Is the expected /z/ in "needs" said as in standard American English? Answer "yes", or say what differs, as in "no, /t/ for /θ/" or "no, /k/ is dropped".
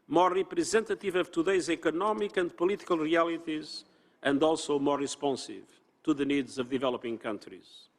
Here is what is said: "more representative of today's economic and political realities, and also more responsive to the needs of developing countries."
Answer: yes